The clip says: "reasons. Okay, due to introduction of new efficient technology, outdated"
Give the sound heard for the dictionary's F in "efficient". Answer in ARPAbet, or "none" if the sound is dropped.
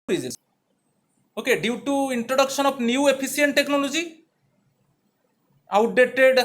P